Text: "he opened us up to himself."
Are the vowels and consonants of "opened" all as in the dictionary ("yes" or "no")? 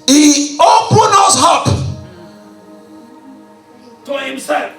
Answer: no